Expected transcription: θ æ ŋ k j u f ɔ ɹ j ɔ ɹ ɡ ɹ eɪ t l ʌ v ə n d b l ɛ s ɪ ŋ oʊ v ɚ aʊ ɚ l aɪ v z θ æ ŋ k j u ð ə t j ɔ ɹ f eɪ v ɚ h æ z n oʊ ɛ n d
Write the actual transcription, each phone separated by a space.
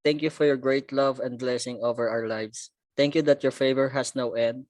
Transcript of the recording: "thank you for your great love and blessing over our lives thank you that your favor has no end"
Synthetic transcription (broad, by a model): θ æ ŋ k j u f ɔ ɹ j ɔ ɹ ɡ ɹ eɪ t l ʌ v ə n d b l ɛ s ɪ ŋ oʊ v ɚ aʊ ɚ l aɪ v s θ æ ŋ k j u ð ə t j ɔ ɹ f eɪ v ɚ h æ s n oʊ ɛ n d